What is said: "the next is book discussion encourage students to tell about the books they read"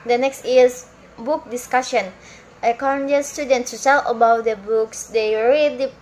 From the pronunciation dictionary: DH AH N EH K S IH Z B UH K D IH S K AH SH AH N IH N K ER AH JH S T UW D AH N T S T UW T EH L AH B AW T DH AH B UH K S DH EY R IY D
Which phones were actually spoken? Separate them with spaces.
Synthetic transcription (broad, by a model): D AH N EH K S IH S B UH K D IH S K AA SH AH N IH K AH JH S T UW D AH N T S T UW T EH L AH B AW T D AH B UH K S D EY R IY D